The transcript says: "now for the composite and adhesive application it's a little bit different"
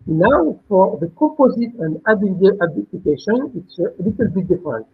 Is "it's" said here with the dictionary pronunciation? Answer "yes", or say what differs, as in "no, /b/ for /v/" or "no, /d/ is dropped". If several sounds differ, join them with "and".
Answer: yes